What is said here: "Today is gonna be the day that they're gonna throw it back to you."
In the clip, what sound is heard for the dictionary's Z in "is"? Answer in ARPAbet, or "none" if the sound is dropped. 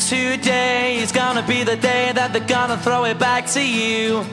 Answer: Z